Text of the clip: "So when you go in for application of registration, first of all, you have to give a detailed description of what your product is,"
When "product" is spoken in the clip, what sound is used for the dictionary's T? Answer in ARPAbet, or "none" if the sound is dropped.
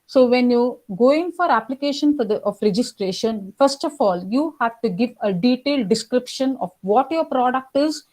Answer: T